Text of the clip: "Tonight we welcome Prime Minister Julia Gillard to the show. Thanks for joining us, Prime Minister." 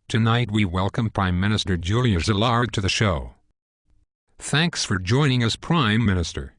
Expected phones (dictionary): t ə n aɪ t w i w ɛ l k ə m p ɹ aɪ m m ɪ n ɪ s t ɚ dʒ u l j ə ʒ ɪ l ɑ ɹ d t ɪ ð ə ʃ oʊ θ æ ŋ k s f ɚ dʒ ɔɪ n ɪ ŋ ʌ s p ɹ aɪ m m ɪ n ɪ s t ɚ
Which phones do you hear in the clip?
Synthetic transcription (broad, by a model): t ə n aɪ t w i w ɛ l k ə m p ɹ aɪ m m ɪ n ɪ s t ɚ dʒ u l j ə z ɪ l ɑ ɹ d t ɪ ð ə ʃ oʊ θ æ ŋ k s f ɚ dʒ ɔɪ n ɪ ŋ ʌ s p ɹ aɪ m m ɪ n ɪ s t ɚ